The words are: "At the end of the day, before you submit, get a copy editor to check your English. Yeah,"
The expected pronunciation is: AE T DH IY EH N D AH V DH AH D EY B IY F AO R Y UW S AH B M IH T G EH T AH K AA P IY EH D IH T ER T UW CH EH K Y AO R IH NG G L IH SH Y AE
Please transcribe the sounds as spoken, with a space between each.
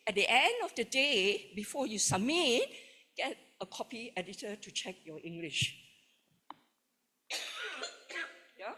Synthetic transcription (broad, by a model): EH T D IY EH N D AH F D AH D EY B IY F AO Y UW S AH M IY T G EH T AH K AA P IY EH D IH T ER T UW CH EH K Y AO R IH NG G L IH SH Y